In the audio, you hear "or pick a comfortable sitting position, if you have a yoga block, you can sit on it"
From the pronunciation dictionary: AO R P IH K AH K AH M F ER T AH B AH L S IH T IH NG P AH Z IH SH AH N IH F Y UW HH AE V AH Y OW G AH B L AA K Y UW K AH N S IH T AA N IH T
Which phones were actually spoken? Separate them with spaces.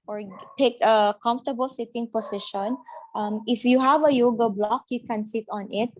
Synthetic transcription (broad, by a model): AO R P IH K AH K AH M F T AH B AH L S IH T IH NG P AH S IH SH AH N IH F Y UW HH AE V AH Y OW G AH B L AA K Y UW K AH N S IH T AA N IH T